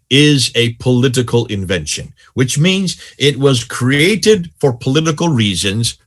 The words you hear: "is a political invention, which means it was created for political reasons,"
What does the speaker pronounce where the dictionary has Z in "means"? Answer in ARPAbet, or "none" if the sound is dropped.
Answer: Z